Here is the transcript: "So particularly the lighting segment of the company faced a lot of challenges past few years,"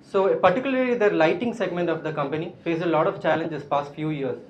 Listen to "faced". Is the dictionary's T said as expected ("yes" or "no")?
no